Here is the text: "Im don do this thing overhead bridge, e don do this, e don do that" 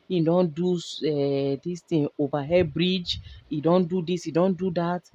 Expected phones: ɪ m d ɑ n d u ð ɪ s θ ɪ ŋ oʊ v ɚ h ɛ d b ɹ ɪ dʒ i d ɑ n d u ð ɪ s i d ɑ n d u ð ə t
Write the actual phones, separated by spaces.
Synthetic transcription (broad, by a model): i d ɑ n d u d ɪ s t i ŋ oʊ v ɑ h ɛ b ɹ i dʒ i d ɑ n d u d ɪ s i d ɑ n d u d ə t